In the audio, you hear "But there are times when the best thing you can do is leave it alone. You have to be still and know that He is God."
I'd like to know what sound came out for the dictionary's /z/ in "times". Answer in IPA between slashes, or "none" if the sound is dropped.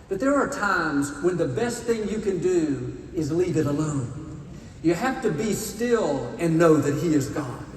/z/